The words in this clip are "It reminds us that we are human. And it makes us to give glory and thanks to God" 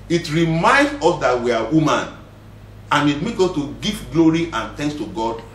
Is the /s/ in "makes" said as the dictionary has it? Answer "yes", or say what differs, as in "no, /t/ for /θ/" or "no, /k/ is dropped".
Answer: no, /s/ is dropped